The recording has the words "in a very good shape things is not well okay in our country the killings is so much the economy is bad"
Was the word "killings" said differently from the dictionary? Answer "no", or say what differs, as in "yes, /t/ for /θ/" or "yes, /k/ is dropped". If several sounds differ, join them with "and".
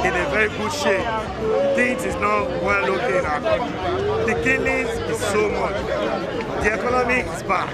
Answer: yes, /ŋ/ is dropped